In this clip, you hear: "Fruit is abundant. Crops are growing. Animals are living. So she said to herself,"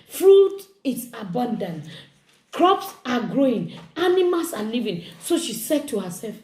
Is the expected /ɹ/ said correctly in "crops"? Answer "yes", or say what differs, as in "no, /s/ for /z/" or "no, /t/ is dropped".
yes